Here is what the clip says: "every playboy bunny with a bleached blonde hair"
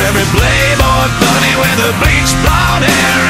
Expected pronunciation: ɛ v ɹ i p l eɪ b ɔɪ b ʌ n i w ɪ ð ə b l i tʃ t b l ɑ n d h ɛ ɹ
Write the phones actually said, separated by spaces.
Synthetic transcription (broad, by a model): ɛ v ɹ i b l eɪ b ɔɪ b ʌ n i w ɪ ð ə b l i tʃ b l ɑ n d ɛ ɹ